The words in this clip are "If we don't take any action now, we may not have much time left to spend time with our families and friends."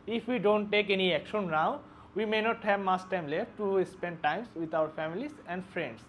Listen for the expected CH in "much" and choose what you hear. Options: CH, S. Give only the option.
S